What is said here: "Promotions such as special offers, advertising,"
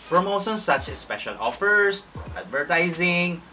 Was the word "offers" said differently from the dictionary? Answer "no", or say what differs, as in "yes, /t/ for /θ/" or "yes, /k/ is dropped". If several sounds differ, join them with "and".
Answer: yes, /s/ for /z/